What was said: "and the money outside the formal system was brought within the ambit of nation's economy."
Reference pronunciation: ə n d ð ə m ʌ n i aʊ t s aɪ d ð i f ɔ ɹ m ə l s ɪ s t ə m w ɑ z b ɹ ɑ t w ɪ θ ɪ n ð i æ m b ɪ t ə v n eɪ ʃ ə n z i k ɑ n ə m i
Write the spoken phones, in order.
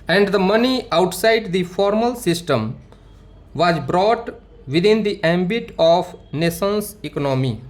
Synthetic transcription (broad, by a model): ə n d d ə m ʌ n i aʊ t s aɪ d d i f ɔ ɹ m ə l s ɪ s t ə m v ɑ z b ɹ ɑ t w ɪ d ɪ n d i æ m b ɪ t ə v n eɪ s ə n s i k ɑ n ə m i